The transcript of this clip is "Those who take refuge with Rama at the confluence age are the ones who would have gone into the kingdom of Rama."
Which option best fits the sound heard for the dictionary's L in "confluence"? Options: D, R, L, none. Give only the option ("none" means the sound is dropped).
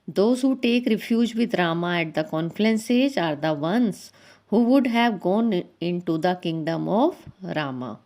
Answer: none